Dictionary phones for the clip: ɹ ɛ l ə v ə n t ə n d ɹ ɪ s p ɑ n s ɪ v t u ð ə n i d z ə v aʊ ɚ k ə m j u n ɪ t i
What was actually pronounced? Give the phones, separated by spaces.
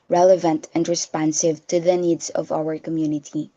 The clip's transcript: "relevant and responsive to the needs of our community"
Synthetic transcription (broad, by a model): ɹ ɛ l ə v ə n t ə n d ɹ ɪ s p ɑ n s ɪ v t u ð ə n i d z ə v aʊ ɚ k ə m j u n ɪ t i